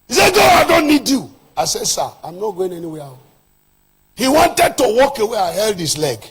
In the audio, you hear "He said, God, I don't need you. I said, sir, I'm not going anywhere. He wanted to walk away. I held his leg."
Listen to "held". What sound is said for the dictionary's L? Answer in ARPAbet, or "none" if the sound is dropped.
L